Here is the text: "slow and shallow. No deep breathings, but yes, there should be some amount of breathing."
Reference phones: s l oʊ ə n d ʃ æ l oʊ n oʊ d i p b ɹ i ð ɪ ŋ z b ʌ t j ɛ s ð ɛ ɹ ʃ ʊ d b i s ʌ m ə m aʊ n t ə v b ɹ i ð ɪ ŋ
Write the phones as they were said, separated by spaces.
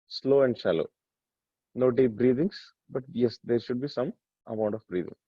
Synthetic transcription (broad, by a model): s l oʊ ə n d ʃ æ l oʊ n oʊ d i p b ɹ i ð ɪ ŋ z b ʌ t j ɛ s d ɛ ɹ ʃ ʊ d b i s ʌ m ə m aʊ n t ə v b ɹ i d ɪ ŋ